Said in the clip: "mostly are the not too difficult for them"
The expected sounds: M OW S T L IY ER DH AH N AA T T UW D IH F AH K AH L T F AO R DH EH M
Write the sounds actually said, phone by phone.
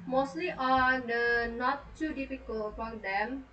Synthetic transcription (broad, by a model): M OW S T L IY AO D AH N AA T T UW D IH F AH K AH L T P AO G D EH M